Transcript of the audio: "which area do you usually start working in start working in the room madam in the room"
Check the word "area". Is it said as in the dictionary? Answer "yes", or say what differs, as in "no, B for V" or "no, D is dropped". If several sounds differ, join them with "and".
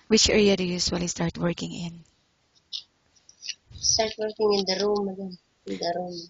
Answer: yes